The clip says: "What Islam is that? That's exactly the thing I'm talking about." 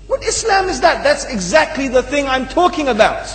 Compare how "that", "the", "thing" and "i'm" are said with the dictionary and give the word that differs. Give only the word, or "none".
none